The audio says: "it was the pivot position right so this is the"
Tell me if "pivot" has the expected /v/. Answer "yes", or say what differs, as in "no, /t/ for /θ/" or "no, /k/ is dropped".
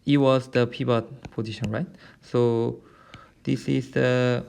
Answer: no, /b/ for /v/